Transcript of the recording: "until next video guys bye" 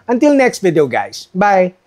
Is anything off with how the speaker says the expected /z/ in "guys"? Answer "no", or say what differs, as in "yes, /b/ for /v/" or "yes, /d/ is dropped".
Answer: yes, /s/ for /z/